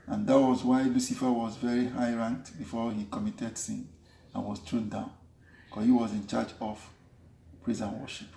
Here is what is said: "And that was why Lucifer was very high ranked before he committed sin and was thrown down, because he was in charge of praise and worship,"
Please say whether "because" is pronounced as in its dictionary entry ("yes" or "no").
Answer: no